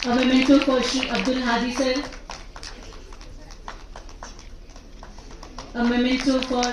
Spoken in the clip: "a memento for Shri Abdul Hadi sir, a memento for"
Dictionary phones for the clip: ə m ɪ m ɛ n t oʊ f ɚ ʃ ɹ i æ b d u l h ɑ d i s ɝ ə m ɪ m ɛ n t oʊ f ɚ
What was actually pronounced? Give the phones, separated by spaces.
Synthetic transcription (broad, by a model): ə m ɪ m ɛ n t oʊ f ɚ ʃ i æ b d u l h ɑ d i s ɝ ə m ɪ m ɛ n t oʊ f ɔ